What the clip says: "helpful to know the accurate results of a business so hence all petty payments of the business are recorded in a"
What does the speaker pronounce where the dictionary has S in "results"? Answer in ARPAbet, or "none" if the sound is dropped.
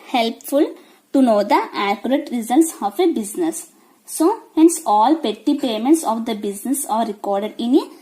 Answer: S